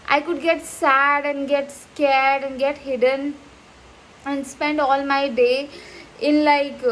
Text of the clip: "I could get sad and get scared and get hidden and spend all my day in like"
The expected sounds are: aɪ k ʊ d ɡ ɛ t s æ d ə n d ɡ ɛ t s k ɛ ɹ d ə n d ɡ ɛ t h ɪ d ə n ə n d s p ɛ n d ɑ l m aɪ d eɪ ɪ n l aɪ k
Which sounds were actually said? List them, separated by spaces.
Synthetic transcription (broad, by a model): aɪ k ʊ d ɡ ɛ t s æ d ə n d ɡ ɛ t s k ɛ ɹ d ə n d ɡ ɛ t h ɪ d ə n ə n d s p ɛ n d ɑ l m aɪ d eɪ ɪ n l aɪ k